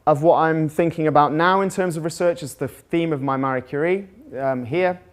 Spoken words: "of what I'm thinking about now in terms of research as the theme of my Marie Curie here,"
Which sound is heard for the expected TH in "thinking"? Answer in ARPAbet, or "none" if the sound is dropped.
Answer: TH